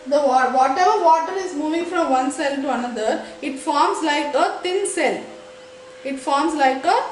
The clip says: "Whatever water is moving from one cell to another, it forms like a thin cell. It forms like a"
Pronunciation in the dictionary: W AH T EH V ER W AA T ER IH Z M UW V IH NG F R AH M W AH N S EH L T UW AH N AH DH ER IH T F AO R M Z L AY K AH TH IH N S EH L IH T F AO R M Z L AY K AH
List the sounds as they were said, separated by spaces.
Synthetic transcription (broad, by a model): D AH T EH V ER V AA T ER IH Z M UW V IH NG F R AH M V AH N S EH L T UW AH N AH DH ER IH T F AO R M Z L AY K AH T IH N S EH L IH T F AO R M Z L AY K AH